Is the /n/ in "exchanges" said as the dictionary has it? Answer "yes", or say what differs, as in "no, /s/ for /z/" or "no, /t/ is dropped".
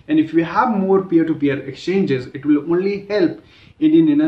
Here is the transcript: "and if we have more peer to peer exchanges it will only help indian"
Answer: yes